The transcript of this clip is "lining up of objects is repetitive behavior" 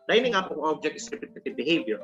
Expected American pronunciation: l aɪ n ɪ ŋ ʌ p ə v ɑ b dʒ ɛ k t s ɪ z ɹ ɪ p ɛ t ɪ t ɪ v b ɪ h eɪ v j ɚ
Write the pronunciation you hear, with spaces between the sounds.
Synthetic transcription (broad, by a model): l aɪ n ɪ ŋ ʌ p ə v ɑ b dʒ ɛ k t ɪ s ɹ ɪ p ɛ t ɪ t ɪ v b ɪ h eɪ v j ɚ